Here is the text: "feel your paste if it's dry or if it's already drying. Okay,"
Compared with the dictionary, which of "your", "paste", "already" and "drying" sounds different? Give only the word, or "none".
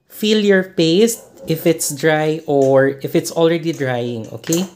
none